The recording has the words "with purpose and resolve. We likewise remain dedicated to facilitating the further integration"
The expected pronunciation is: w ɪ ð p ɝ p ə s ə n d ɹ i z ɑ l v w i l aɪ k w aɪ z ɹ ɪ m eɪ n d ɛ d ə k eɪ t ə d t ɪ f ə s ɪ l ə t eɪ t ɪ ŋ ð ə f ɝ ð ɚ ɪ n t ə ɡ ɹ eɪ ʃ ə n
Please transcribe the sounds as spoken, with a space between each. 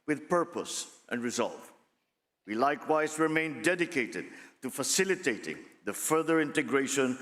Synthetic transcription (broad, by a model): w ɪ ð p ɝ p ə s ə n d ɹ i z ɑ l v w i l aɪ k w aɪ z ɹ ɪ m eɪ n d ɛ d ə k eɪ t ə d t ɪ f ə s ɪ l ə t eɪ t ɪ ŋ ð ə f ɝ ð ɚ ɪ n t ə ɡ ɹ eɪ ʃ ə n